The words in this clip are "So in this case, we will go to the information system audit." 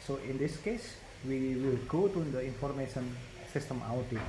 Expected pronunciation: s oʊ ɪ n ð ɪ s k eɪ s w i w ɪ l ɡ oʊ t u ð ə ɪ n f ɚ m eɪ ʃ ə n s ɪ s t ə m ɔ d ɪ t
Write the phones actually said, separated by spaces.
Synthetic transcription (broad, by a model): s oʊ ɪ n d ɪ s k eɪ s w i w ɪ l ɡ oʊ t u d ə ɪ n f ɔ m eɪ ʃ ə n s ɪ s t ə m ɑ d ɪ